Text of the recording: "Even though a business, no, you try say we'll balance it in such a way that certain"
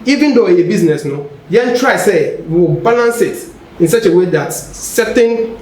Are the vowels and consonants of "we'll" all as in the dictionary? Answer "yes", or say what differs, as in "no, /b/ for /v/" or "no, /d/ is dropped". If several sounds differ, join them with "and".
no, /w/ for /l/